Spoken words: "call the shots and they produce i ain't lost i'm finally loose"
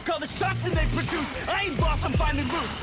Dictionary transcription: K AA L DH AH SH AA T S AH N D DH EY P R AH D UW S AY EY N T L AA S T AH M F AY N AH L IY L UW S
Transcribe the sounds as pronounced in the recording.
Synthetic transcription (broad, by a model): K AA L DH AH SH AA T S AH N DH EY P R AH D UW S AY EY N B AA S AH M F AY N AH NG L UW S